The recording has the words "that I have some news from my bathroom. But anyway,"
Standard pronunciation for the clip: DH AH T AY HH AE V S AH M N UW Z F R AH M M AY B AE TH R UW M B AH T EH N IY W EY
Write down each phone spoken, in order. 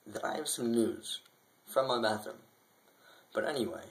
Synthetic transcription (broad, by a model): DH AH T AY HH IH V S AH M N UW Z F R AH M M AY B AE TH AH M B AH T EH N IY W EY